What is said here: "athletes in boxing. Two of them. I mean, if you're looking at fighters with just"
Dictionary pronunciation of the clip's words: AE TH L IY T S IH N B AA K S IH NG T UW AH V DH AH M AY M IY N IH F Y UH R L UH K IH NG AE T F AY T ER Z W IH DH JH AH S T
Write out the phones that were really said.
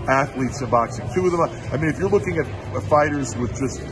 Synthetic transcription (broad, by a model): AE TH L IY T S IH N B AA K S IH NG T UW AH V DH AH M AY M IY N IH F Y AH R L UH K IH NG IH T F AY T ER Z W IH DH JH AH S T